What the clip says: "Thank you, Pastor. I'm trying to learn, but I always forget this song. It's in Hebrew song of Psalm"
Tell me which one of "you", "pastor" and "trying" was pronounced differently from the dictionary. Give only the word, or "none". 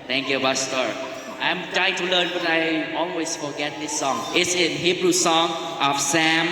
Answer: pastor